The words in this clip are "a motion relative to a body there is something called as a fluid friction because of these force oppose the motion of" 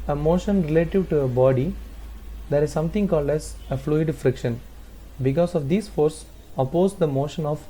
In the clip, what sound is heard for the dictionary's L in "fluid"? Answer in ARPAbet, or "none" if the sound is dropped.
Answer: L